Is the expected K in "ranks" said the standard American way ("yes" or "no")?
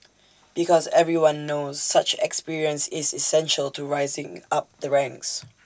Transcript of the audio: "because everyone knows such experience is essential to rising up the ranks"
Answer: yes